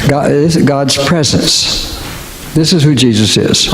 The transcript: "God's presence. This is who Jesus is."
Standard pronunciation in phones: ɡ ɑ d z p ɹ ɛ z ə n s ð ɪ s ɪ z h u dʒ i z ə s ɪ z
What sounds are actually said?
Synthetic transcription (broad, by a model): ɡ ɑ d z p ɹ ɛ z ə n s ð ɪ s ɪ z h u dʒ i z ə s ɪ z